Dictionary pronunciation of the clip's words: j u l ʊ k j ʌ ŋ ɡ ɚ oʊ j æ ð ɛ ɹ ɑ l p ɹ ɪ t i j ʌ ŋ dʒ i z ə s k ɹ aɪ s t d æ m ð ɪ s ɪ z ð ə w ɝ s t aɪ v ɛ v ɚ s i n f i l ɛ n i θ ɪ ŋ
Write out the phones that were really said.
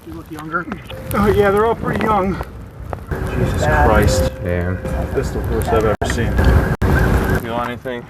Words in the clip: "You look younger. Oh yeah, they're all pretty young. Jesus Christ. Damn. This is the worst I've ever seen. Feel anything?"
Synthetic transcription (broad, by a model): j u l ʊ k j ʌ ŋ ɡ ɚ oʊ j æ ð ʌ ɹ ɑ l p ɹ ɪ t i j ʌ ŋ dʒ i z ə s k ɹ aɪ s t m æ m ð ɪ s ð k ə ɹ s aɪ v ɛ v ɚ s i n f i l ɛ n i θ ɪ ŋ